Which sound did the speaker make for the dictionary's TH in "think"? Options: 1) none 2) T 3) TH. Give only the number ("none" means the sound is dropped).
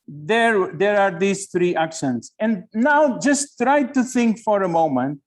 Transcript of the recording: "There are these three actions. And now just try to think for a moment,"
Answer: 2